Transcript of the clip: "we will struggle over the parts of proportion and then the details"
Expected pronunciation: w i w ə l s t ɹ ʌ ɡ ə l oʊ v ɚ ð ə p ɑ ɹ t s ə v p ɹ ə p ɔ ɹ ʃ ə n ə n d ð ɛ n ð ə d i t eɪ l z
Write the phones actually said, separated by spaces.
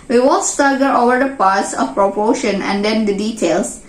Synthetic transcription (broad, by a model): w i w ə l s t ʌ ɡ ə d oʊ v ɚ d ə p ɑ ɹ t s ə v p ɹ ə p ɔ ʃ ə n ə n d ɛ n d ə d i t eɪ l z